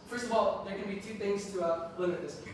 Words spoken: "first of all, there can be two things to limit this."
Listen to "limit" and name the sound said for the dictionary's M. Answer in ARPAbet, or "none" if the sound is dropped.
none